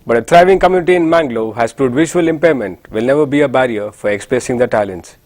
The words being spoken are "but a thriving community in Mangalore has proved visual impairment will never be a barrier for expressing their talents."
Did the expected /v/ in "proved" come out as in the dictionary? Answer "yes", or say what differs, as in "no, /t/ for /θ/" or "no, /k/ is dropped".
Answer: no, /v/ is dropped